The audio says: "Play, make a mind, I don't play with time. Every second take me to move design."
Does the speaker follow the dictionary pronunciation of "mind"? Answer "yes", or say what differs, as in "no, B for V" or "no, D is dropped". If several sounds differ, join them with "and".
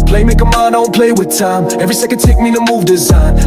no, D is dropped